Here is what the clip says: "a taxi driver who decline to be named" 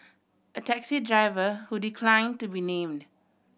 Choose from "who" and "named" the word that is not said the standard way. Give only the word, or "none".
none